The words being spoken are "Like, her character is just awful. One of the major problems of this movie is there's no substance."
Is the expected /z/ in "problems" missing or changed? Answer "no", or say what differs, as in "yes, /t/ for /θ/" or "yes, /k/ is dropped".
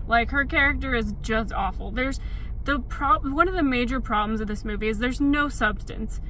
no